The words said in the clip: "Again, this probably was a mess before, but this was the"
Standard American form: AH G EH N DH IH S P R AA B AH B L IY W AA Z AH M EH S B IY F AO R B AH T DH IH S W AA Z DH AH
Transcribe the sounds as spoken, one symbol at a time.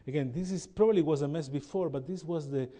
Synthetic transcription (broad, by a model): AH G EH N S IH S P R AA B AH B L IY W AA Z AH M EH S B IY F AO R B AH T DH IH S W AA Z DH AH